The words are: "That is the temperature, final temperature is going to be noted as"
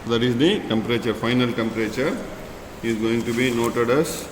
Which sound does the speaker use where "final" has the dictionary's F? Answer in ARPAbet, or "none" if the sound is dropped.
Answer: F